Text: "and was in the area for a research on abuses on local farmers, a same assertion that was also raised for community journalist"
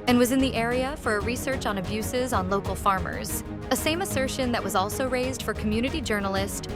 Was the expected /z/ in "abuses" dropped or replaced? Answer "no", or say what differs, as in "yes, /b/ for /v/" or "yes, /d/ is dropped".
no